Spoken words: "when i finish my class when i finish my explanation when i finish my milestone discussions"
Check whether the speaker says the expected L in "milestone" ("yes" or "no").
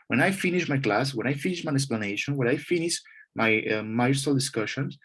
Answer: no